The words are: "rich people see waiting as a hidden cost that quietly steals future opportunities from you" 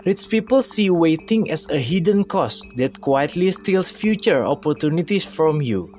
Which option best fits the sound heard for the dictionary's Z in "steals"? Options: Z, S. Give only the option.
S